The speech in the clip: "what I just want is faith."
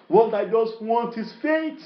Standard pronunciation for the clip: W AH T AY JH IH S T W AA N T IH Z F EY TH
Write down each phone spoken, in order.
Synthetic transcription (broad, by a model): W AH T AY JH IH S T W AA N T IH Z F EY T